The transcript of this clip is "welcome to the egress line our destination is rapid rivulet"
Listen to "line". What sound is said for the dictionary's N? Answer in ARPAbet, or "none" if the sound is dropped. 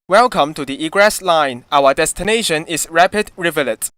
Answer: N